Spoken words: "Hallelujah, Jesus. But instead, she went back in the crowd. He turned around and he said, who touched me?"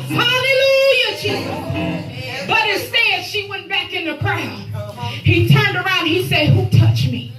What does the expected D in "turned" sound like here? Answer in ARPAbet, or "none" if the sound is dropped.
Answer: D